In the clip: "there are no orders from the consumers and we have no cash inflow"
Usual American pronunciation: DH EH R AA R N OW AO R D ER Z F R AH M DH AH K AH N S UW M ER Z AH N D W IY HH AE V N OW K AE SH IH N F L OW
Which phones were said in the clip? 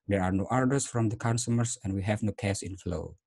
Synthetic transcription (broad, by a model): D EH R AA R N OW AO R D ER S F R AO M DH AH K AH N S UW M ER S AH N W IY HH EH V N OW K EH S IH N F L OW